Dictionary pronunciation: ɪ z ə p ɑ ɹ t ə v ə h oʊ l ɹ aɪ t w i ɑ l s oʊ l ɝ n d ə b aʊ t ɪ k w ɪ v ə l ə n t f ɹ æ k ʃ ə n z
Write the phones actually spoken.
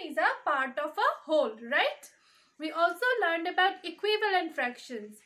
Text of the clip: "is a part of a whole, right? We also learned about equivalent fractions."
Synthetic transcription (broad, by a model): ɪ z ə p ɑ ɹ t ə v ə h oʊ l ɹ aɪ t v i ɑ l s oʊ l ɝ n d ə b aʊ t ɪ k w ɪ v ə l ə n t f ɹ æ k ʃ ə n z